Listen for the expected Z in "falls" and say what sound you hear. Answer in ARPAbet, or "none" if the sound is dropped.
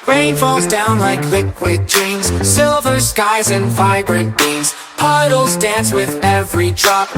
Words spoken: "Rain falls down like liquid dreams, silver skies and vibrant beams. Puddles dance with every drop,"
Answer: Z